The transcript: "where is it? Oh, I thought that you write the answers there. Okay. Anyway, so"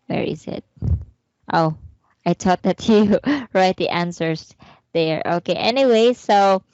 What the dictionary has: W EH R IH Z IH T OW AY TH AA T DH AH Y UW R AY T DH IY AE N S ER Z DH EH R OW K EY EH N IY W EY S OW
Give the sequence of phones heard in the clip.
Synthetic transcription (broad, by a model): W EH R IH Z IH T OW AY T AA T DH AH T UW R AY T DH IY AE N S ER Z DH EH R OW K EY EH N IY W EY S OW